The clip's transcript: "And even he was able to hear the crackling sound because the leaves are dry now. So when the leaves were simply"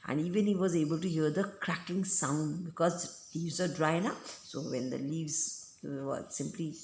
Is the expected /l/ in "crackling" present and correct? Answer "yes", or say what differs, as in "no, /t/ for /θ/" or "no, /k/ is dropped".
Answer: no, /l/ is dropped